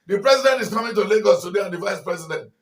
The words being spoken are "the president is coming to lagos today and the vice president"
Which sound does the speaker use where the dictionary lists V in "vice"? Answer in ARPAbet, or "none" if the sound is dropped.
V